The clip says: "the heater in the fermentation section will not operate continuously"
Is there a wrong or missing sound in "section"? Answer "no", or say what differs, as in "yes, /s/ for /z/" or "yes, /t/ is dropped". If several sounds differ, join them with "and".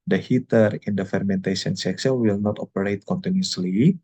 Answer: yes, /s/ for /ʃ/